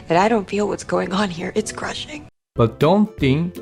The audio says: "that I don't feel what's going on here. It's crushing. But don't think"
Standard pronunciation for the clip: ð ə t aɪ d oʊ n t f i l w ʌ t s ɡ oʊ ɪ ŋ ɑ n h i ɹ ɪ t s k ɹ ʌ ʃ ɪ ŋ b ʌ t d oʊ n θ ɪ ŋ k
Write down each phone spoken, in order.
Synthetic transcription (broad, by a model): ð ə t aɪ d oʊ n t f i l w ʌ t s ɡ oʊ ɪ ŋ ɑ n h i ɹ ɪ t s k ɹ ʌ ʃ ɪ ŋ b ʌ t d oʊ n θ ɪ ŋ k